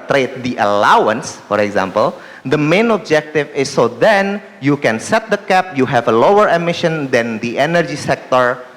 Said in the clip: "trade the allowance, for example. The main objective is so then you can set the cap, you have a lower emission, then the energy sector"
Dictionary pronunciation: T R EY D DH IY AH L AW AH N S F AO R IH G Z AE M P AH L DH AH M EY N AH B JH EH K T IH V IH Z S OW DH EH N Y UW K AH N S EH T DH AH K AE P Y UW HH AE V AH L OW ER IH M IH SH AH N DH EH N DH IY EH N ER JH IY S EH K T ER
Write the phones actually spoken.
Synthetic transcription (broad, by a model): T R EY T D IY AH L AW AH N S F AO R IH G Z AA M P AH L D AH M EY N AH B JH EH K T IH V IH S OW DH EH N Y UW K AH N S EH T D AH K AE P Y UW HH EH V AH L OW ER IH M IH SH AH N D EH N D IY EH N ER JH IY S EH K T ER